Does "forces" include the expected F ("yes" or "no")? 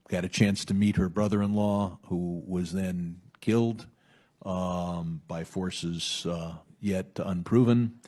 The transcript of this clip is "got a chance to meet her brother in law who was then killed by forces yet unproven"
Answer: yes